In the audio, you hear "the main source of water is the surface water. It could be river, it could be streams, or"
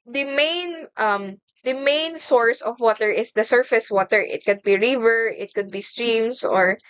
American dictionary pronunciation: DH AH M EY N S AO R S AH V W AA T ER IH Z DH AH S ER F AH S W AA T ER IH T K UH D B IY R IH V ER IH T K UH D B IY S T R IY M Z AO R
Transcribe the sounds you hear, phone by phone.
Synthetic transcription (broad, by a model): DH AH M EY N S AO R S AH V W AA T ER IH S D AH S ER F AH S W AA T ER IH T K UH D B IY R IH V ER IH T K UH D B IY S T R IY M S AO R